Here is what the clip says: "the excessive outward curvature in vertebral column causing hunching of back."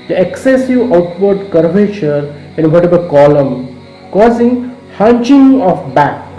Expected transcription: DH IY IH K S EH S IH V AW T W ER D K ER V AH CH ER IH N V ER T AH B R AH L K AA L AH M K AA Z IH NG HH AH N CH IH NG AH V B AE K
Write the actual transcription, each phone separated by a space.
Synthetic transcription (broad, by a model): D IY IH K S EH S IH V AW T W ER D K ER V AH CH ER IH N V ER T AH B AH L K AA L AH M K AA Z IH NG HH AH N CH IH NG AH F B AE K